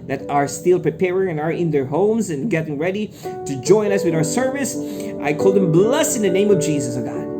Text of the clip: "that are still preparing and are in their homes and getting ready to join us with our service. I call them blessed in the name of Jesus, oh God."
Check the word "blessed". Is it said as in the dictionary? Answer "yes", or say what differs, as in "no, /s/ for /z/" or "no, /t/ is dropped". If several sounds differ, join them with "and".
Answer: no, /t/ is dropped